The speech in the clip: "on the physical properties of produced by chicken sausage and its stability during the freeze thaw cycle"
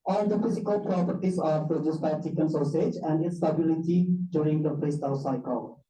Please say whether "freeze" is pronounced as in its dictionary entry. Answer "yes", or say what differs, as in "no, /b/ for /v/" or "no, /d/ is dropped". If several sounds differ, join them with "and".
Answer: no, /p/ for /f/